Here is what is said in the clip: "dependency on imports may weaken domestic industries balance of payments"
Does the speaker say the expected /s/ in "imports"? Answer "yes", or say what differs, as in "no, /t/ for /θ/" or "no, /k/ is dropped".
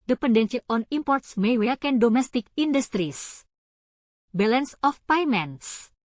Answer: yes